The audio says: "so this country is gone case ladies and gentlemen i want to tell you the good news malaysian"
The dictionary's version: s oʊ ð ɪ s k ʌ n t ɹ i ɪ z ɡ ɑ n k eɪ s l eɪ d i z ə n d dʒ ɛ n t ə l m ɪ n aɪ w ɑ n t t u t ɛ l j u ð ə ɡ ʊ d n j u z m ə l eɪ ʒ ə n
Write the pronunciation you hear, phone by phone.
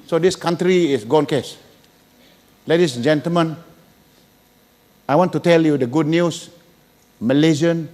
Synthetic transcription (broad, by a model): s oʊ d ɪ s k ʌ n t ɹ i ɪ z ɡ ɑ n k eɪ s l eɪ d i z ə n dʒ ɛ n t ə l m ɪ n aɪ w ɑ n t t u t ɛ l j u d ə ɡ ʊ d n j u s m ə l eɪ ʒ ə n